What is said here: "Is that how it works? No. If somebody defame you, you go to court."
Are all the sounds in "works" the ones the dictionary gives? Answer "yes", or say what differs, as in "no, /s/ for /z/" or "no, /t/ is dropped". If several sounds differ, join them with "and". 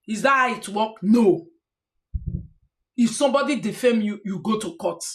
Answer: no, /s/ is dropped